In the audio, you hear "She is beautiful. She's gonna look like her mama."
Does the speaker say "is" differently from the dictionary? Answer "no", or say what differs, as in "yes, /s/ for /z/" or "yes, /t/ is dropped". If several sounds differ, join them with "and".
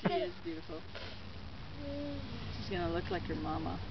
no